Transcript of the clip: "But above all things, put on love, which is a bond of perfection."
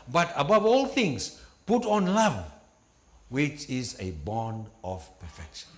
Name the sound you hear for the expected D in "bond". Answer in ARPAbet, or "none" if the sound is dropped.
D